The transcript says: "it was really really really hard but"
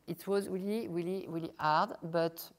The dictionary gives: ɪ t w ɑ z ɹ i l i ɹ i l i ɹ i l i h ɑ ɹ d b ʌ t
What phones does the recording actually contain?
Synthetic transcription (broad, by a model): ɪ t w ɑ z ɹ i l i ɹ i l i ɹ i l i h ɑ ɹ d b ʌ t